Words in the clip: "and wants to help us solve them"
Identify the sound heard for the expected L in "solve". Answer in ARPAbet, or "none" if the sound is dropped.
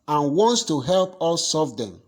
none